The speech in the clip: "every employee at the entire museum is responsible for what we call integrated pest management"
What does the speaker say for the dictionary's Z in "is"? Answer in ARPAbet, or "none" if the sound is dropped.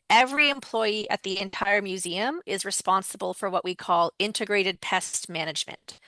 Z